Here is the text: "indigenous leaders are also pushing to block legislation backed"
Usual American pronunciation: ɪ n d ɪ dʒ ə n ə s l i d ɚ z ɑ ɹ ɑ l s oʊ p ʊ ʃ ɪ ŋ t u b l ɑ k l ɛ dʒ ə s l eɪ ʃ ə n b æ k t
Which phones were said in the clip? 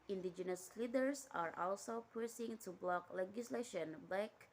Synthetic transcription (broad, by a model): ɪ n d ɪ dʒ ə n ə s l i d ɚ s ɑ ɹ ɑ l s oʊ p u s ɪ ŋ t u b l ɑ k l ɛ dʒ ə s l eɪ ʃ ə n b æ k